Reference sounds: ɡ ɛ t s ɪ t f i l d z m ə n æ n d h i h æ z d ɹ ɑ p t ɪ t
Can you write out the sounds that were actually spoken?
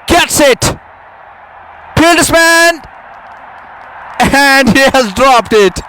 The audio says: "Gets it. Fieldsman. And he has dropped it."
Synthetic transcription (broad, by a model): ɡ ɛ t s ɪ t p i l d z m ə n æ n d h i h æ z d ɹ ɑ p t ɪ t